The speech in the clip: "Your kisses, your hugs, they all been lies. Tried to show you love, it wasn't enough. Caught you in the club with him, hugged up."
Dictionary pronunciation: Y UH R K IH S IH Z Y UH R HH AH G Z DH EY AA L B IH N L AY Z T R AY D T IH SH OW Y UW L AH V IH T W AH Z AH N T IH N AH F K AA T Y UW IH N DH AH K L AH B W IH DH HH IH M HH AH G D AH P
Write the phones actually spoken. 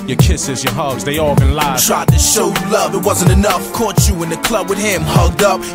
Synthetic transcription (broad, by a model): Y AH R K IH S IH Z Y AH R HH AH G Z DH EY AA L B IH N L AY T R AY D T IH SH OW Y L AH V IH T W AH Z AH N T IH N AH F K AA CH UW IH N DH AH K L AH B W IH DH HH IH M HH AH G D AH P